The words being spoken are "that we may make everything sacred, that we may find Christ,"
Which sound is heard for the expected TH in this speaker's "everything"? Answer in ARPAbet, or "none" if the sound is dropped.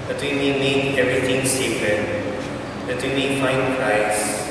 T